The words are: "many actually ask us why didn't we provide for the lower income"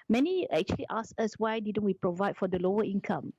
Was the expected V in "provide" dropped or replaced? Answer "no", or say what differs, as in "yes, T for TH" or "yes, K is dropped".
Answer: no